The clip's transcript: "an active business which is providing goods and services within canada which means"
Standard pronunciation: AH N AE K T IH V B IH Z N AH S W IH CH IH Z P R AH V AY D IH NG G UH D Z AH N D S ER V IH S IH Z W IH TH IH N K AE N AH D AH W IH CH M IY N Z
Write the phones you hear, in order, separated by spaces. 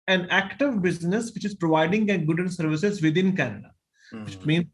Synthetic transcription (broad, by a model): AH N AE K T IH V B IH Z N AH S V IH CH IH Z P R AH V AY D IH NG G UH D AH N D S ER V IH S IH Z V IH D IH N K AE N AH D AH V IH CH M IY N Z